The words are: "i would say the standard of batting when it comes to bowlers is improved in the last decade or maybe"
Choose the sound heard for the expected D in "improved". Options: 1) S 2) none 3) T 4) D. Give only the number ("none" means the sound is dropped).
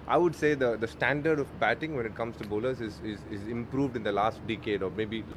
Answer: 4